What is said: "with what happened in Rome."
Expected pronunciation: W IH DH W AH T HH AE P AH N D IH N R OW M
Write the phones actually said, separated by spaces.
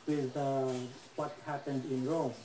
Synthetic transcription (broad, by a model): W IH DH W AH T HH AE P AH N D IH N R OW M